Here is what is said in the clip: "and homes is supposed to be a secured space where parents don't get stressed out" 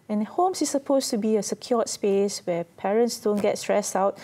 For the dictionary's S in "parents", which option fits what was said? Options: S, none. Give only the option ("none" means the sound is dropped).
S